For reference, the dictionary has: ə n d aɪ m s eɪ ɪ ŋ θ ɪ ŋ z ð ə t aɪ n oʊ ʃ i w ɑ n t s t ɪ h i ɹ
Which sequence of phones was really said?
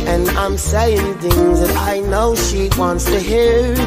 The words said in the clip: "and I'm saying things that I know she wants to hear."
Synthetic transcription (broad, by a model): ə n aɪ m s eɪ ɪ ŋ θ ɪ ŋ z ð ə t aɪ n oʊ ʃ i w ɑ n t s t ɪ h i ɹ